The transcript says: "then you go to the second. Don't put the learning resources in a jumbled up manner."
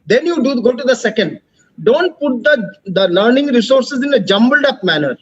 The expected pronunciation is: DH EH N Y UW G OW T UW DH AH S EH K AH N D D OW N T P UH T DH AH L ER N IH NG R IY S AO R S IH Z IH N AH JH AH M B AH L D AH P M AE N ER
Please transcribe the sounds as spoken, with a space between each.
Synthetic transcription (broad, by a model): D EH N Y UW G OW T UW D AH S EH K AH N D D OW N T P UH T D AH L ER N IH NG R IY S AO R S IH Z IH N AH JH AH M B AH L D AH P M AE N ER